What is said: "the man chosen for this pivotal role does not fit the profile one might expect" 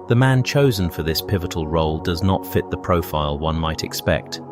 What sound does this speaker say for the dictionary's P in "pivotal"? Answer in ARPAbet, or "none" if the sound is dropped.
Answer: P